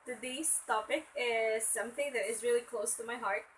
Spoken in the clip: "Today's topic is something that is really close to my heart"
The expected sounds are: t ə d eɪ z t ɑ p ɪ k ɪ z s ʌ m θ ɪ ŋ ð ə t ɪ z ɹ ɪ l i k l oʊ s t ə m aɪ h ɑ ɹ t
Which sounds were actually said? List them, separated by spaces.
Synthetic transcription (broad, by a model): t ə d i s t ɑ p ɪ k ɪ z s ʌ m θ ɪ ŋ ð ə t ɪ z ɹ ɪ l i k l oʊ s t ə m aɪ h ɑ ɹ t